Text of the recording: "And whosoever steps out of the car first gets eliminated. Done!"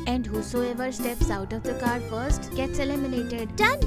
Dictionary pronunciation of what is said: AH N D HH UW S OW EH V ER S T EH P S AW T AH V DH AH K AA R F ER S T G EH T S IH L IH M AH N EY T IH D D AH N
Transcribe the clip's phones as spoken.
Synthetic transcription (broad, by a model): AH N D HH UW S OW EH V ER S T EH P S AW T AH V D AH K AA R F ER S T G EH T S IH L IH M AH N EY T IH D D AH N